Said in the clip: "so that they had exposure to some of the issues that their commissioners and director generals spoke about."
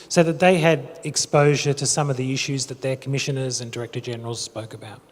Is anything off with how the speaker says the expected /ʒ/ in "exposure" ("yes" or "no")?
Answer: no